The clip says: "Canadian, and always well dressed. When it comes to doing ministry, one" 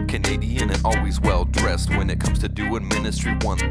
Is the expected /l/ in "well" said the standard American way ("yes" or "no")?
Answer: yes